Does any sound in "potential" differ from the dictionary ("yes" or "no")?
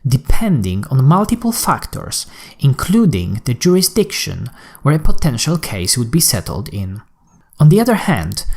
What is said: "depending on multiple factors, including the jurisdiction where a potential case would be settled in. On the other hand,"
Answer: no